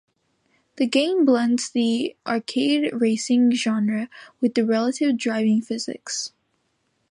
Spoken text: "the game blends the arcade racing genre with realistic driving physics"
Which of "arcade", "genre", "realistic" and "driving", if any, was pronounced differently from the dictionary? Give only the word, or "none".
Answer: realistic